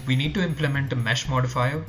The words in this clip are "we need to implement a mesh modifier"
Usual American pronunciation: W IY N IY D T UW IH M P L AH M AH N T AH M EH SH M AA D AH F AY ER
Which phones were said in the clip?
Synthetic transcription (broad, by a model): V IY N IY D T UW IH M P L AH M AH N T AH M EH SH M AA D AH F AY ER